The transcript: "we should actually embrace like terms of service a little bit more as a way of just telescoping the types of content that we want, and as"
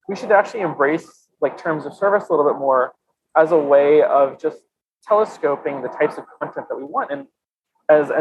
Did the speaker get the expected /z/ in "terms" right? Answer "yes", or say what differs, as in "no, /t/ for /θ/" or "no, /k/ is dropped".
yes